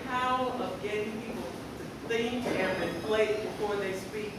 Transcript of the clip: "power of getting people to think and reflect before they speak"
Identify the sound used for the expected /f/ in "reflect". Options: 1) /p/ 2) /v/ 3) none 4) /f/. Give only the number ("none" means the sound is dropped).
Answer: 1